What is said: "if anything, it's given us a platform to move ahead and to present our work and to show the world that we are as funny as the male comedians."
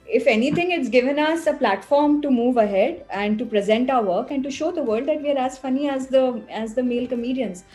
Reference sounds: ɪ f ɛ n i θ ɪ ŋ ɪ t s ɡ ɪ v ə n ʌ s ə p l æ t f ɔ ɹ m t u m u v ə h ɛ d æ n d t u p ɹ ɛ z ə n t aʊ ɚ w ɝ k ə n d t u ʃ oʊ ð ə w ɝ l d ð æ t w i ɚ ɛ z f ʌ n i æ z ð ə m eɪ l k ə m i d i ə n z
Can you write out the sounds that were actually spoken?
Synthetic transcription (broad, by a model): ɪ f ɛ n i t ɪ ŋ ɪ t s ɡ ɪ v ə n ʌ s ə p l æ t f ɔ ɹ m t u m u v ə h ɛ d æ n d t u p ɹ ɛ z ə n t aʊ ɚ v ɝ k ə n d t u ʃ oʊ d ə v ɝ l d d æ t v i ɚ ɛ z f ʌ n i æ z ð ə m eɪ l k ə m i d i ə n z